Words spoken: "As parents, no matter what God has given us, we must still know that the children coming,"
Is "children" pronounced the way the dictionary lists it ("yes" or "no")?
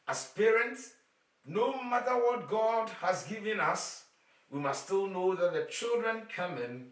yes